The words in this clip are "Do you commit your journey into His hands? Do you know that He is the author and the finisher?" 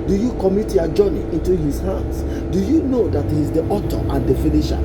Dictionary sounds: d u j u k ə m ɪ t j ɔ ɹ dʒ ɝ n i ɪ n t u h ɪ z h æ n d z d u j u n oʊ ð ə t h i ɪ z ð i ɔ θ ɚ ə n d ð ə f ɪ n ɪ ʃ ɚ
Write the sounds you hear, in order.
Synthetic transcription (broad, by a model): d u j u k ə m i t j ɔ dʒ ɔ n i ɪ n t u h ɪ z h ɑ n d s d u j u n oʊ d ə t h i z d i ɔ t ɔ ə n d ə f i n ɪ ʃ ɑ